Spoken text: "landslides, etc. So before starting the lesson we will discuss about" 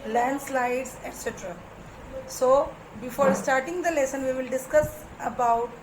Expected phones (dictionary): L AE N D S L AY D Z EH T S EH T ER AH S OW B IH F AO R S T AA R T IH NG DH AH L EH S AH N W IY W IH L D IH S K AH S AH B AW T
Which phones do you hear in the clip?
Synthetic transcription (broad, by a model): L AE N D S L AY D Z EH T S EH T ER AH S OW B IH F AO R S T AA R T IH NG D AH L EH S AH N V IY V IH L D IH S K AH S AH B AW T